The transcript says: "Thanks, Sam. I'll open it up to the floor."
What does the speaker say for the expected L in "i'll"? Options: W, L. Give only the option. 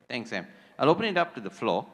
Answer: L